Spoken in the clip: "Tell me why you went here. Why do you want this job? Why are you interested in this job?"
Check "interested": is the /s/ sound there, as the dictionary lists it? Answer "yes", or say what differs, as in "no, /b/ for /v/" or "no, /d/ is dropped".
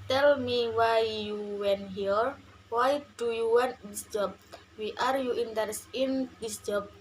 no, /s/ is dropped